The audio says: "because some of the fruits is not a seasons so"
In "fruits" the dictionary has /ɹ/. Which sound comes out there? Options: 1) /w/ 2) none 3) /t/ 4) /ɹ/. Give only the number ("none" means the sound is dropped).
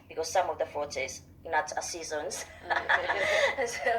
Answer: 2